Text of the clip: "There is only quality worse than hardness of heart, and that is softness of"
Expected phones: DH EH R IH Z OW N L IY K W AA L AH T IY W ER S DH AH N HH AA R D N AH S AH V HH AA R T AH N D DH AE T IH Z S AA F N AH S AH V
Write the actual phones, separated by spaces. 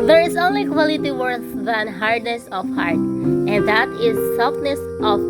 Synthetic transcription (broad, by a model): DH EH R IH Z OW N L IY K W AA L AH T IY W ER TH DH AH N HH AA R D N AH S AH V HH AA R T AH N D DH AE T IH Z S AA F N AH S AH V